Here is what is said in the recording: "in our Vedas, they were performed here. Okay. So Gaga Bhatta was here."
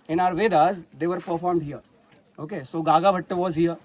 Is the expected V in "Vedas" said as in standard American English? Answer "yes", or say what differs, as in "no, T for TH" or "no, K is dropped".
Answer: yes